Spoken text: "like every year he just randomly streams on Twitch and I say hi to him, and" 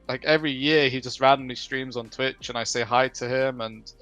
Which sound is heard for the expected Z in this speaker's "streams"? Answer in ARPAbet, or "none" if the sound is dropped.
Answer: Z